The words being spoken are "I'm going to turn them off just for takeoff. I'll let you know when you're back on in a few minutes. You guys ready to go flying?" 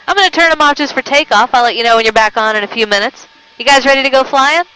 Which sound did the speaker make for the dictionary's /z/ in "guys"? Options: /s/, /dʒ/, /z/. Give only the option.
/z/